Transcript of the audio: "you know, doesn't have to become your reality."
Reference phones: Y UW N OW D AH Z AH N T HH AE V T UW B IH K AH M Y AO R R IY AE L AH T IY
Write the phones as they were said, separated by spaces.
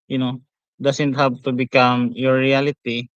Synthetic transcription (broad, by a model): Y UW N OW D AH S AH N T HH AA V T UW B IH K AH M Y AO R R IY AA L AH T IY